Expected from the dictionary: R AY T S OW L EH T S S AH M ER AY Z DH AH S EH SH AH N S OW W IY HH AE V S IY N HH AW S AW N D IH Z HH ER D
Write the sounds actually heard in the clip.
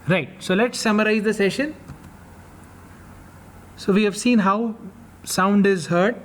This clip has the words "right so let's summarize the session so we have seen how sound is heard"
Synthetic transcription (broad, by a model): R AY T S OW L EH T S S AH M ER AY Z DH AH S EH SH AH N S OW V IY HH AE V S IY N HH AW S AW N D IH Z HH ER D